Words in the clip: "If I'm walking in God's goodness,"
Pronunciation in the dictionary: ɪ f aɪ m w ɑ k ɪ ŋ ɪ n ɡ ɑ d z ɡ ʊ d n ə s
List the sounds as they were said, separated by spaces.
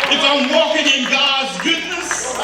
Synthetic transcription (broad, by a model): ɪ f aɪ m w ɑ k ɪ ŋ ɪ n ɡ ɑ d z ɡ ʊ d n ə s